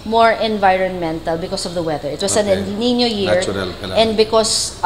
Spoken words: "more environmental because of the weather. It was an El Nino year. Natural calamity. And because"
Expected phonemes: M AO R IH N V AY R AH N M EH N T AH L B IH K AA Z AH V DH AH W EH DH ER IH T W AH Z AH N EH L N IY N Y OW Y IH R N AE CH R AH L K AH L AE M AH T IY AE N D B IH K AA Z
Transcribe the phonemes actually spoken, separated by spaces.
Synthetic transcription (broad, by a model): M AO R IH N V AY R AH N M EH N T AH L B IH K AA S AH V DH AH W EH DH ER IH T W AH S AH N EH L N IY N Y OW Y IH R R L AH N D B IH K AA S